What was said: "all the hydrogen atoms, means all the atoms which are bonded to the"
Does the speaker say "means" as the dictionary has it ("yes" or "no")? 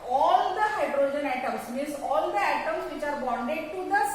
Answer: no